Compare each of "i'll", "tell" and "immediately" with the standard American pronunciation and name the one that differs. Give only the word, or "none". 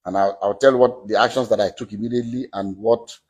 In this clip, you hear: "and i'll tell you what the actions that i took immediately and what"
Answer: i'll